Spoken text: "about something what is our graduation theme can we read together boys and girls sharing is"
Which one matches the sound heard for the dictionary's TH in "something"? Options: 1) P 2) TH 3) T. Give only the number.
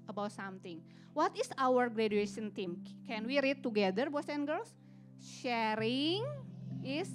3